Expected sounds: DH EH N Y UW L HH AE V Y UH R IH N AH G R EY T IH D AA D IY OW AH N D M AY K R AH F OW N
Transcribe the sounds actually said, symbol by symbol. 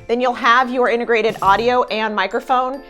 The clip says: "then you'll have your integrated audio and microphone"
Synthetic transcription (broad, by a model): DH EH N Y UW L HH AE V Y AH R IH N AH G R EY T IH D AA D IY OW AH N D M AY K R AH F OW N